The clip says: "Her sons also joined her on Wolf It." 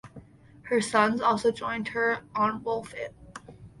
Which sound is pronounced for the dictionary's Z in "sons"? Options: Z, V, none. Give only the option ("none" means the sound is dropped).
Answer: Z